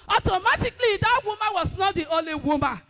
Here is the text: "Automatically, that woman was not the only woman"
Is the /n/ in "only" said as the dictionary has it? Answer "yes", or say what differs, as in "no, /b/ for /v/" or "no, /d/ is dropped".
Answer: no, /n/ is dropped